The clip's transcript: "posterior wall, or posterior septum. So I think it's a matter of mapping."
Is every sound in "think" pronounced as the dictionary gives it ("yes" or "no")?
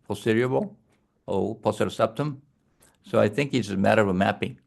yes